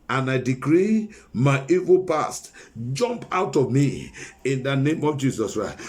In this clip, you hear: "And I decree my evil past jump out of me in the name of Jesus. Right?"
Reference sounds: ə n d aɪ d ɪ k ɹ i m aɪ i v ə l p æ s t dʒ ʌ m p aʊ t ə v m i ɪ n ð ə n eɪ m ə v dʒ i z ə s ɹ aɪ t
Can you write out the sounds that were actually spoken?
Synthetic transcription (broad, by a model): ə n aɪ d ɪ k ɹ i m aɪ i v ə l p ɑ s t dʒ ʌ m p aʊ t ə v m i ɪ n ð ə n eɪ m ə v dʒ i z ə s ɹ aɪ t